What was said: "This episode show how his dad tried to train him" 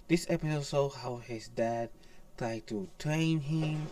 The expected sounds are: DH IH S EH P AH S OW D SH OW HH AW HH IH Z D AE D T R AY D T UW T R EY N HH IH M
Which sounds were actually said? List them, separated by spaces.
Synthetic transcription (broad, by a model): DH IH S EH P AH S OW D S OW HH AW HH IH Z D AE D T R AY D T UW T R EY N HH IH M